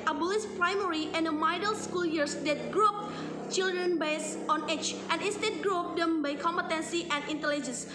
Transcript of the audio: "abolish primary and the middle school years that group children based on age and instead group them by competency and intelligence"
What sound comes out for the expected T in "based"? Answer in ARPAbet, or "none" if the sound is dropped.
none